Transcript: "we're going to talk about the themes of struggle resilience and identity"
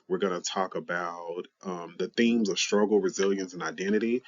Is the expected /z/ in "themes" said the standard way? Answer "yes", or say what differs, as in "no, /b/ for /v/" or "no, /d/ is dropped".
yes